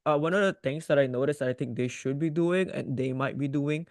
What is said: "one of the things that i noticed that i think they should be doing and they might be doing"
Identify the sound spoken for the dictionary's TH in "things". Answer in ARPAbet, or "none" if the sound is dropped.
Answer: T